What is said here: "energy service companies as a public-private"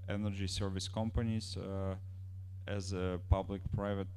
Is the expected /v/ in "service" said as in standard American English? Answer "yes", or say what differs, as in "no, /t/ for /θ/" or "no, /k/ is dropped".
yes